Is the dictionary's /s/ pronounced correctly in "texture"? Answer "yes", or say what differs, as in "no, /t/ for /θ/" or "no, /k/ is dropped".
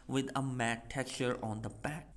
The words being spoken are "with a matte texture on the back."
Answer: no, /s/ is dropped